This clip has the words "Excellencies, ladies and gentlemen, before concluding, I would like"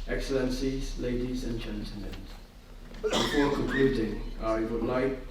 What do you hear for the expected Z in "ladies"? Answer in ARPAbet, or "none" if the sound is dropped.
Z